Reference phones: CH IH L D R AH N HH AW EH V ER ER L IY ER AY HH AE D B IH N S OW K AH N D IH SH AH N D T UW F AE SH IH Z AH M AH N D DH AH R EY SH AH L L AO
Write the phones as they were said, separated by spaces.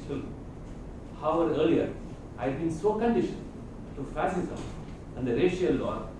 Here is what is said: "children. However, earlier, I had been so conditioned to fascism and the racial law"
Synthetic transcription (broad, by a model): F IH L HH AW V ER ER L IY ER AY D B IH N S OW K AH N D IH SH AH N T UW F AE S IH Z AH M AH N D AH R EY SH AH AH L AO